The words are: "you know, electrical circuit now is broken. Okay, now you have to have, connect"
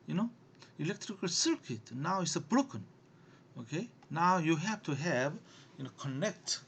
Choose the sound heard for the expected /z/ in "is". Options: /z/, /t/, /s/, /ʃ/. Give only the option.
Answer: /s/